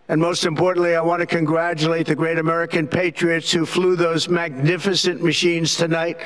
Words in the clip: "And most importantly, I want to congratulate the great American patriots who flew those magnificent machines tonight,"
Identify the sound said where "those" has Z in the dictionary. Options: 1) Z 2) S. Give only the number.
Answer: 1